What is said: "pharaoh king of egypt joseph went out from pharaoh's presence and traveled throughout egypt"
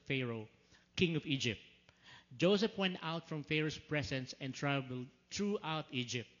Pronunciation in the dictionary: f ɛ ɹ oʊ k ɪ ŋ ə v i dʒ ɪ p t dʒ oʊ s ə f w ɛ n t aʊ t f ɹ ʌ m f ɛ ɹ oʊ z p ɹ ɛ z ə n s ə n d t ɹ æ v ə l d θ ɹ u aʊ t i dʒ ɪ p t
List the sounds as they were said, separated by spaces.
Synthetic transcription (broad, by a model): f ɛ ɹ oʊ k ɪ ŋ ə v i dʒ ɪ p t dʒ oʊ s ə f w ɛ n t aʊ t f ɹ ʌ m f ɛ ɹ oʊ s p ɹ ɛ s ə n s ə n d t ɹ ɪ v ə l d t ɹ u aʊ t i dʒ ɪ p t